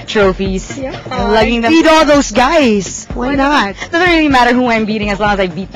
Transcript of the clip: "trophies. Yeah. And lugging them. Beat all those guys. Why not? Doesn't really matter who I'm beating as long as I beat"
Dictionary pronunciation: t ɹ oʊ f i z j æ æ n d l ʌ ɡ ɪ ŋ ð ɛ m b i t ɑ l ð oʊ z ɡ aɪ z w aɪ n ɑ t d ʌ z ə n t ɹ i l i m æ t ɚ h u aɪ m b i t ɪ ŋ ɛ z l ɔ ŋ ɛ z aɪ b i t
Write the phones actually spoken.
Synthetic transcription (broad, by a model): t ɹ oʊ f i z l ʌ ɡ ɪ ŋ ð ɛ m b i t ɑ l ð oʊ z ɡ aɪ z w aɪ n ɑ t d ʌ z ə n t ɹ i l i m æ t ɚ h u aɪ m b i t ɪ ŋ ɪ z l ɔ ŋ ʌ z aɪ b i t